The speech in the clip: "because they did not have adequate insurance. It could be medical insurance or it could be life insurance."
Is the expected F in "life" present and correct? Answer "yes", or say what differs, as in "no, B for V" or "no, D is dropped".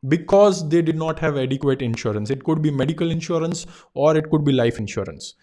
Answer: yes